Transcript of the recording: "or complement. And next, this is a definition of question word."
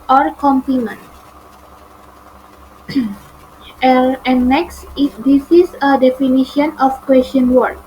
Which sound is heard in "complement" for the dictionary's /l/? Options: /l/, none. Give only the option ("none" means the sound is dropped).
none